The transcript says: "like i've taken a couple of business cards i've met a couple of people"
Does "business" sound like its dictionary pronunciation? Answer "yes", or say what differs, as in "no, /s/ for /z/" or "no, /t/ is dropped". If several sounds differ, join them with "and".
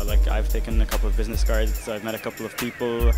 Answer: yes